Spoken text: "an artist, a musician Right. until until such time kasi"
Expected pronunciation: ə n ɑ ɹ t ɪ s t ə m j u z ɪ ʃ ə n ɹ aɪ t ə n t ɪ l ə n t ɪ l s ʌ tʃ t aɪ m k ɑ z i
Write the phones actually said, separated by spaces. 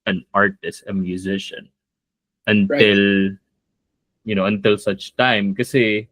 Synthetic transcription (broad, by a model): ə n ɑ ɹ t ɪ s t ə m j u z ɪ ʃ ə n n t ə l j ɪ n ə n t ɪ l s ʌ tʃ t aɪ m k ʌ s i